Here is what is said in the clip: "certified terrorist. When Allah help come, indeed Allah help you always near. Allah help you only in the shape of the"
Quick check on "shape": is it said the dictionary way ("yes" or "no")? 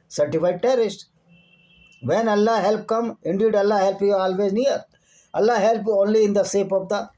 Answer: no